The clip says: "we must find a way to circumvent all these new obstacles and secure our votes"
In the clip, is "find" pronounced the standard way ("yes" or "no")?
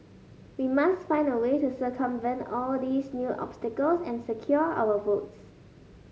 no